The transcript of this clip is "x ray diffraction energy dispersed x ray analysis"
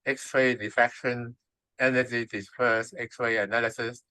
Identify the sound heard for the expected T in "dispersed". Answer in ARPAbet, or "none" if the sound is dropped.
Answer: none